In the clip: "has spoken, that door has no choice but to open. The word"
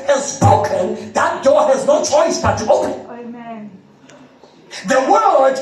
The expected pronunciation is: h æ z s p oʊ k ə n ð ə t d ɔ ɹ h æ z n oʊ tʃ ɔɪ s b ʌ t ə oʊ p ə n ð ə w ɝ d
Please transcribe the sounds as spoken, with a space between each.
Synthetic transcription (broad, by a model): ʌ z s p oʊ k ə n ð ə t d ɔ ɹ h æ z n oʊ tʃ ɔɪ s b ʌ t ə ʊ ə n ð ə w ɝ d